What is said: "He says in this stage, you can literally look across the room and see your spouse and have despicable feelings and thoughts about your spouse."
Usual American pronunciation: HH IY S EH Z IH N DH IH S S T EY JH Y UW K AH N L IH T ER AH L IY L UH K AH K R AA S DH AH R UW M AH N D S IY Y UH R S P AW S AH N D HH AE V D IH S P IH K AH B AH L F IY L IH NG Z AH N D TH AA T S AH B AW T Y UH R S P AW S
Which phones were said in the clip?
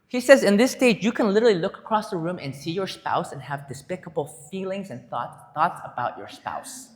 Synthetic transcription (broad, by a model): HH IY S EH Z IH N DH IH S S T EY JH Y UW K AH N L IH T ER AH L IY L UH K AH K R AA S DH AH R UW M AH N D S IY Y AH R S P AW S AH N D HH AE V D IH S P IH K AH B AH L F IY L IH NG Z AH N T TH AA T S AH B AW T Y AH R S P AW S